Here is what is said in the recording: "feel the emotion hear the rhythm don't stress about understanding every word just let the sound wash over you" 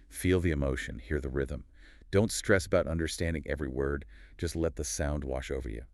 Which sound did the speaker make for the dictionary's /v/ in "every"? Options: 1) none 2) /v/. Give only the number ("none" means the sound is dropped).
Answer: 2